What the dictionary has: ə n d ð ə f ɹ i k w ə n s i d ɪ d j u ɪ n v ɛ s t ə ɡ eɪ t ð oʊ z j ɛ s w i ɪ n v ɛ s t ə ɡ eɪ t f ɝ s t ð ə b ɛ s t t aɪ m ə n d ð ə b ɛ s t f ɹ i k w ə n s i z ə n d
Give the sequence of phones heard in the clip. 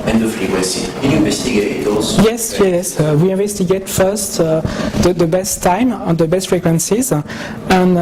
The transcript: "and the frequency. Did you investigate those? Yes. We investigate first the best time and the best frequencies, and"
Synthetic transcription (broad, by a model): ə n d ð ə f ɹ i w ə s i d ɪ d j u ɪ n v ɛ s t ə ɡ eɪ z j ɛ s j ɛ s w i ɪ n v ɛ s t ə ɡ eɪ t f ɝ s t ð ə b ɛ s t t aɪ m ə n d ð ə b ɛ s t f ɹ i k w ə n s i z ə n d